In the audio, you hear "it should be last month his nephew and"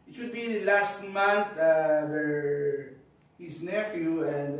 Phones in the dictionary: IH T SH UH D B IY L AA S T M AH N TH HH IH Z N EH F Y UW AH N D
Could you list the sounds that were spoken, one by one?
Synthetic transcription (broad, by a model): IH T SH UH D B IY L AA S T M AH N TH HH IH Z N EH F Y UW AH N D